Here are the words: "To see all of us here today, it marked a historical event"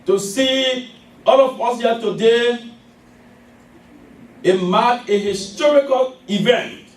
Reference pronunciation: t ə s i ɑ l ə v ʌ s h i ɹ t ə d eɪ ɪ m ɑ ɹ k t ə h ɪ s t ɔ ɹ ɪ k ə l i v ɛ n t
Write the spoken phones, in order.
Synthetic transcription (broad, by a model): t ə s i ɑ l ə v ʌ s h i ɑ t ə d eɪ ɪ m ɑ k ə h ɪ s t ɔ ɹ ɪ k ə l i v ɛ n t